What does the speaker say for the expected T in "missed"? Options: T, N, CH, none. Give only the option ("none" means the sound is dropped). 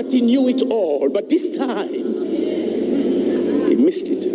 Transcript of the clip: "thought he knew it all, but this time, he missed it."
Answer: T